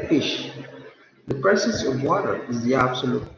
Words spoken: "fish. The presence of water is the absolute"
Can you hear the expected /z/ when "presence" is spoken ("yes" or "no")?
no